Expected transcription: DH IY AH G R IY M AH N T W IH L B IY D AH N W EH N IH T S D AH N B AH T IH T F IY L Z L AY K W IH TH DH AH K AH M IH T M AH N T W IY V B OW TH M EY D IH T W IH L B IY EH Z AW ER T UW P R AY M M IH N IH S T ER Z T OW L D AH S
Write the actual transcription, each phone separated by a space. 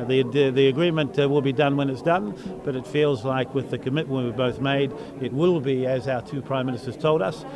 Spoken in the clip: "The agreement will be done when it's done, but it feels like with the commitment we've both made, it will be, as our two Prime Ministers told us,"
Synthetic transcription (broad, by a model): DH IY AH G R IY M AH N T W IH L B IY D AH N W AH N IH T S D AH N B AH T IH T F IY L Z L AY K W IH DH AH K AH M IH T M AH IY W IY B OW TH M EY D IH T W IH L B IY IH Z AW ER T UW P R AY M M IH N IH S T ER Z T OW L D AH S